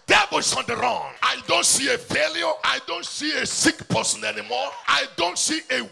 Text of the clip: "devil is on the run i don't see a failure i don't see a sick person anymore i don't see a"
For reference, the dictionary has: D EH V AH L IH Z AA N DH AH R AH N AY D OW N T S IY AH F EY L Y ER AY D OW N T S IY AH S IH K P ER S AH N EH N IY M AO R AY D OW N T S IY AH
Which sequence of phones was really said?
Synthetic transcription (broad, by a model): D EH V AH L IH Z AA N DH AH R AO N AY D OW N T S IY AH F EY L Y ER AY D OW N T S IY AH S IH K P ER S AH N EH N IY M AO R AY D OW N T S IY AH